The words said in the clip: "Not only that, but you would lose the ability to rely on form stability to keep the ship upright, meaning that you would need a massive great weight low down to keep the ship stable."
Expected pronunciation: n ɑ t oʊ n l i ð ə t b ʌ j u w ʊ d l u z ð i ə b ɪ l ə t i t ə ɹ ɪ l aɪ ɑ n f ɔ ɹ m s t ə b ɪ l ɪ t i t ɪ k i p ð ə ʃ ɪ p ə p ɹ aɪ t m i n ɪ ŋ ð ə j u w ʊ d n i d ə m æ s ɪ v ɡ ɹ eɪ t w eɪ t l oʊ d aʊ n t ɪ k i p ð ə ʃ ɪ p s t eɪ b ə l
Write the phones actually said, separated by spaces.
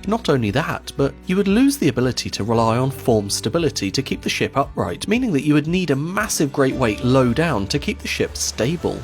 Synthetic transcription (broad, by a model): n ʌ t oʊ n l i ð ə t b ʌ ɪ w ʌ d l u z ð i ə b ɪ l ə t i t ə ɹ ɪ l aɪ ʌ n f ɔ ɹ m s t ə b ɪ l ɪ t i t ɪ k i p ð ə ʃ ɪ p ə p ɹ aɪ t m i n ɪ ŋ ð ə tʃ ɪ w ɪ d n i d ə m æ s ɪ v ɡ ɹ eɪ t w eɪ t l oʊ d aʊ n t ɪ k i p ð ə ʃ ɪ p s t eɪ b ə l